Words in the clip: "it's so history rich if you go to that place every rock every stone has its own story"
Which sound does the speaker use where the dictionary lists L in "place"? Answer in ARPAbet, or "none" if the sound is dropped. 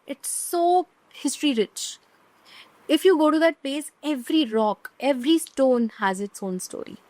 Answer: none